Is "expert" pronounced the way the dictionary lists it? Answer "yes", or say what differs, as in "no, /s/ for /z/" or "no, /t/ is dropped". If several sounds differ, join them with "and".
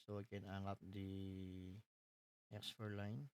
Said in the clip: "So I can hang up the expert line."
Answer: no, /f/ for /p/